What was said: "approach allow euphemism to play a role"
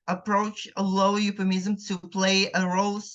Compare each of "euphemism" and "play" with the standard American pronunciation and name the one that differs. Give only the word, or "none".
euphemism